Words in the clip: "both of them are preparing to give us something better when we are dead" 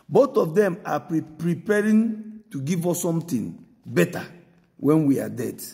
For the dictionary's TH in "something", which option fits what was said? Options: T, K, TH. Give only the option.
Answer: T